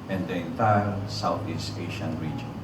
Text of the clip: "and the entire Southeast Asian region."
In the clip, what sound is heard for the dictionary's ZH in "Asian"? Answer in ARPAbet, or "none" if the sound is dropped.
SH